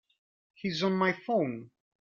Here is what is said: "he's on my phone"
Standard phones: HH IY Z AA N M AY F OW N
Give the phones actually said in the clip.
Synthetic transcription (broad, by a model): HH IY Z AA N M AY F OW N